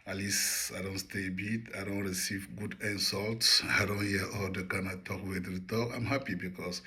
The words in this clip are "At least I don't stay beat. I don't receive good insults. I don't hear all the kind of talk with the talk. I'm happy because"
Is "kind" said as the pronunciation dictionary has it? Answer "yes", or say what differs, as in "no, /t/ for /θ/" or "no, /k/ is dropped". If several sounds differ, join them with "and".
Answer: no, /d/ is dropped